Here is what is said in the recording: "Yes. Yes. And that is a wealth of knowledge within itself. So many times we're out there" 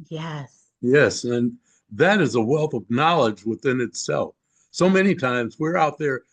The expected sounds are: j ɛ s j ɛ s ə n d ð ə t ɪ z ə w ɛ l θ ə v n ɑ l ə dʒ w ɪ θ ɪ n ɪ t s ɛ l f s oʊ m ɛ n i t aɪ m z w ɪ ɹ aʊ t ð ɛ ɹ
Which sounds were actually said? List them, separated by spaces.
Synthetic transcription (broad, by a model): j ɛ s j ɛ s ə n ð ə t ɪ z ə w ɛ l θ ə v n ɑ l ə dʒ w ɪ θ ɪ n ɪ t s ɛ l f s oʊ m ɛ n i t aɪ m z w ɪ ɹ aʊ t ð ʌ ɹ